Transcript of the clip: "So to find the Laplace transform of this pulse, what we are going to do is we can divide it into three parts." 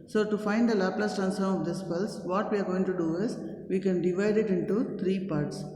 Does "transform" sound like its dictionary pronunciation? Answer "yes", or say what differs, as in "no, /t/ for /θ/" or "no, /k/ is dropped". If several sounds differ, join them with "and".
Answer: no, /ɹ/ is dropped and /f/ is dropped